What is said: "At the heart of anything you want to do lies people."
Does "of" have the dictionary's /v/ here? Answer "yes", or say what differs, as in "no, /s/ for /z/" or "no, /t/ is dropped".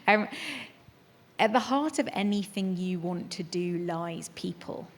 yes